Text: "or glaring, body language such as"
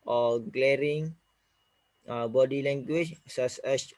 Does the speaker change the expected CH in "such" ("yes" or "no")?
yes